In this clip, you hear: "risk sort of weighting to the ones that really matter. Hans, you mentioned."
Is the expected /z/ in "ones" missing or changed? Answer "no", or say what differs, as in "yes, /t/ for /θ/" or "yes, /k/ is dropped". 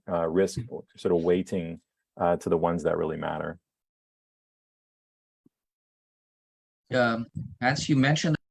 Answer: no